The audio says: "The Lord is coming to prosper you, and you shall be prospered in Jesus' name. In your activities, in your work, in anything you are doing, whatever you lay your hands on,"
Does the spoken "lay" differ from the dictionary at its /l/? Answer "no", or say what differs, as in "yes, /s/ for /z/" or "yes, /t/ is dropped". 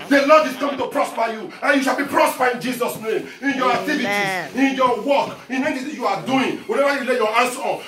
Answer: no